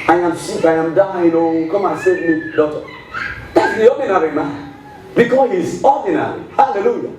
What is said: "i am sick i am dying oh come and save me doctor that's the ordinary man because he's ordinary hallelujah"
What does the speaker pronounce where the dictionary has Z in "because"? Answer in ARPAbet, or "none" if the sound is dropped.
none